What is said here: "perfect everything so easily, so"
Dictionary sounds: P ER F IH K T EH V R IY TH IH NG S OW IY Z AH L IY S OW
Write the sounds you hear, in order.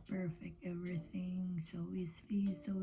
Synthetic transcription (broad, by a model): P ER F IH K T EH V R IY TH IH NG S OW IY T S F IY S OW